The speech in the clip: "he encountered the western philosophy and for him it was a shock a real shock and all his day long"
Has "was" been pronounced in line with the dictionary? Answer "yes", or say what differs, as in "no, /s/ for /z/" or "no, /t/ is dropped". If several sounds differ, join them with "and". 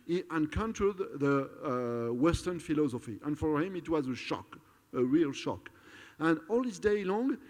yes